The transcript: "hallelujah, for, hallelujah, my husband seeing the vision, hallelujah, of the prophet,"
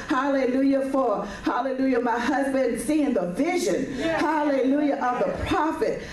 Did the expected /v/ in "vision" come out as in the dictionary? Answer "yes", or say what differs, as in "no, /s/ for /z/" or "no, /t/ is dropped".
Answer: yes